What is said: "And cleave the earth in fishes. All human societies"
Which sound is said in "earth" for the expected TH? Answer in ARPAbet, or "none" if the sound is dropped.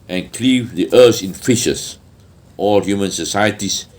S